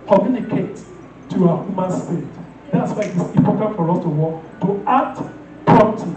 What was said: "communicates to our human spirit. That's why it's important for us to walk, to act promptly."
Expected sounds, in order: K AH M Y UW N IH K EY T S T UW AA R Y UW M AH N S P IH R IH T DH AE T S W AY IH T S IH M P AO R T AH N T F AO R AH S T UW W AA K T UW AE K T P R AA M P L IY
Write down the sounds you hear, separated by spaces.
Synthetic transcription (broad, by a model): K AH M Y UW N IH K EY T T UW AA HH Y UW M AH N S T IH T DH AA T S W AY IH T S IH P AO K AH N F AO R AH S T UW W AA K T UW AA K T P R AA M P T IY